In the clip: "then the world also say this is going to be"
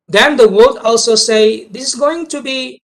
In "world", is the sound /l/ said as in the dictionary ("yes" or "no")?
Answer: no